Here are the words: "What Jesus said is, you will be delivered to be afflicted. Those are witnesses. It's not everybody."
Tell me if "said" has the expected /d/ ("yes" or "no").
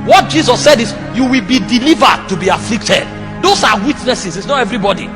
yes